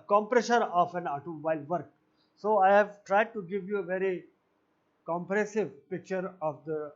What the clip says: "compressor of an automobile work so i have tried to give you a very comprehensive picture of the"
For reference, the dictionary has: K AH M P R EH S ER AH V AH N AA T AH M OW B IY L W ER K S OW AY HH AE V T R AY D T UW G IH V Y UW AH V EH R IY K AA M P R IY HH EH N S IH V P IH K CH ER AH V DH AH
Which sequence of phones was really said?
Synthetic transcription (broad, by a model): K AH M P R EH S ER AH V AH N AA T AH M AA IH L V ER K S OW AY HH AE V T R AY D T UW G IH V Y UW AH V EH R IY K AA M P R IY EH S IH V P IH K CH ER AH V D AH